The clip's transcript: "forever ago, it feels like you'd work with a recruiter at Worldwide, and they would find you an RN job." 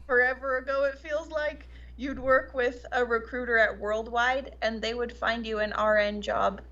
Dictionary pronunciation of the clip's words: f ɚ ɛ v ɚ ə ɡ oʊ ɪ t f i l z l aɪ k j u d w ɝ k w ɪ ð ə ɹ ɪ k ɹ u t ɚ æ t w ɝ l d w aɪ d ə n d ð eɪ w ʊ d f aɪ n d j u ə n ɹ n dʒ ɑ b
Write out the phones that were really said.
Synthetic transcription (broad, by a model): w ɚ ɛ v ɚ ə ɡ oʊ ɪ t f i l z l aɪ k j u d w ɝ k w ɪ ð ə ɹ ɪ k ɹ u t ɚ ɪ t w ɝ l d w aɪ d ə n ð eɪ w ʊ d f aɪ n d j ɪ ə n ɹ n dʒ ɑ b